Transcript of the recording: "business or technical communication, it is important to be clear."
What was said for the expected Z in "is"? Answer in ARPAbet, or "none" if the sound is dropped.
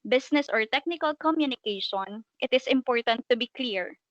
S